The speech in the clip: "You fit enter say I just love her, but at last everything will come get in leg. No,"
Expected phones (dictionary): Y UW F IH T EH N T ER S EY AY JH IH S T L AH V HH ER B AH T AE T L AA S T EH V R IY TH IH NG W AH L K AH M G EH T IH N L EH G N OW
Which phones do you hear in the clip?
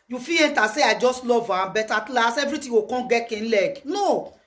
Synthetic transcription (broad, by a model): Y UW F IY EH N T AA S EY AY JH IH S T L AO V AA B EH T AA T L AA S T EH V R IY T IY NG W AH K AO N G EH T IH N L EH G N OW